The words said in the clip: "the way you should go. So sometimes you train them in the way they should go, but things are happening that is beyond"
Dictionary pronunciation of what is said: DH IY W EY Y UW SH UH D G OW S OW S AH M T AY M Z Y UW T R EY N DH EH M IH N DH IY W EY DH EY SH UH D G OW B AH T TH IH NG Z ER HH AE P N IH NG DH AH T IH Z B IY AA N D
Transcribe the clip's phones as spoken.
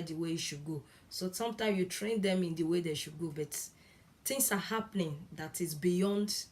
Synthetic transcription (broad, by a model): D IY W EY Y UW SH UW D G OW S OW S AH M T AY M S Y UW T R EY N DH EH M IH N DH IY W EY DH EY SH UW D G OW B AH T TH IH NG S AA HH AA P N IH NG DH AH T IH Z B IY AA N D